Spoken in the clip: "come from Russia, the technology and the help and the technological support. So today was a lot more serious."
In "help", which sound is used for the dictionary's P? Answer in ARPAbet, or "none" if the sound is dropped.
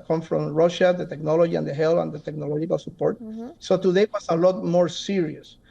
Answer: none